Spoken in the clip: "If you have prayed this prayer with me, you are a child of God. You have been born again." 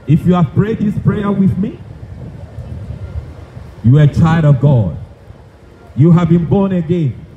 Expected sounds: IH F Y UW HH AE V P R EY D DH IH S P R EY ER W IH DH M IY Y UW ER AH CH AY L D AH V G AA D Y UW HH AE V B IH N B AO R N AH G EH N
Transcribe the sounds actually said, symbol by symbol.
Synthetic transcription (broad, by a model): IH F Y UW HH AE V P R EY D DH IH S P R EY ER W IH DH M IY Y UW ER AH CH AY L D AH V G AA D Y UW HH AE V B IH N B AO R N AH G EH N